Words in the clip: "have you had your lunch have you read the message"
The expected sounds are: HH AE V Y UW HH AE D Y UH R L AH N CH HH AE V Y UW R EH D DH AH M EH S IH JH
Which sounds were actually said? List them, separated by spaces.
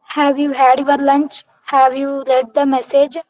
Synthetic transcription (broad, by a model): HH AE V Y UW HH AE D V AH R L AH N CH HH AE V Y UW L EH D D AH M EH S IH JH